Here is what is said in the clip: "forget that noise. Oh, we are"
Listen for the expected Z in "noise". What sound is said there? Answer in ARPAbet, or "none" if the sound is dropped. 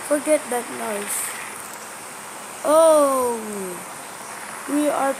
S